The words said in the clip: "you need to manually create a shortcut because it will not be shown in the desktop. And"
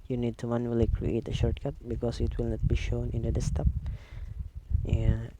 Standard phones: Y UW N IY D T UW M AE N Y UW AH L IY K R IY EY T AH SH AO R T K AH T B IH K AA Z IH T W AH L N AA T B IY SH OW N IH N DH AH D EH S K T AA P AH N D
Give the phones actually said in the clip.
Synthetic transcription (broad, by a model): Y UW N IY D T UW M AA N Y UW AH L IY K R IY EY T AH SH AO R T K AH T B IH K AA S IH T W AH L N AA T B IY SH OW N IH N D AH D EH S T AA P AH